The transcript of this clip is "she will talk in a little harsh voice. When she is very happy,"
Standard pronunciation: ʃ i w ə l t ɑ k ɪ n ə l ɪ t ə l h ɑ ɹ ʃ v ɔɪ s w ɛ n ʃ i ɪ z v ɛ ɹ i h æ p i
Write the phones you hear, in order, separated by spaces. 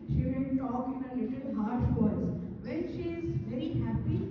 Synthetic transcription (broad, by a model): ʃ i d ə n t ɑ k ɪ n ə l ɪ t ə l h ɑ ɹ ʃ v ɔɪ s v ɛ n ʃ i ɪ z v ɛ ɹ i h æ p i